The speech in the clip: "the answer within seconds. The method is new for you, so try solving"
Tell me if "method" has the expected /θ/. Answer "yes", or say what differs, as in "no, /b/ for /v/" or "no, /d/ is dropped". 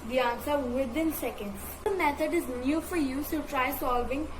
no, /t/ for /θ/